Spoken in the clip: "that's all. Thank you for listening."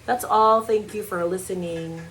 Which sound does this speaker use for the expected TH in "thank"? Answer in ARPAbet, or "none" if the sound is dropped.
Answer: TH